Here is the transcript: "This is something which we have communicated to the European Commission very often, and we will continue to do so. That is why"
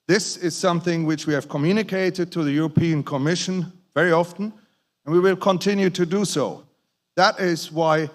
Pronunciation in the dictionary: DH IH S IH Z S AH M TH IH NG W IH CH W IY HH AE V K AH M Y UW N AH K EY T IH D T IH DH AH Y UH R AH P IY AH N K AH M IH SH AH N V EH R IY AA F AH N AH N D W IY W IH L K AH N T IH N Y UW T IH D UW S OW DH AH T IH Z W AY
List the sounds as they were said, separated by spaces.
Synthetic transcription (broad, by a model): DH IH S IH Z S AH M TH IH NG W IH CH W IY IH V K AH M Y UW N AH K EY T IH D T IH DH AH Y UH R AH P IY AH N K AH M IH SH AH N V EH R IY AA F AH N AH N W IY W IH L K AH N T IH N Y UW T IH D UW S OW DH AH T IH Z W AY